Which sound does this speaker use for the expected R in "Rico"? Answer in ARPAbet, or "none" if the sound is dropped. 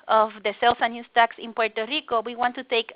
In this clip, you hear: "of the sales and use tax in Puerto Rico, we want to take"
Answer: R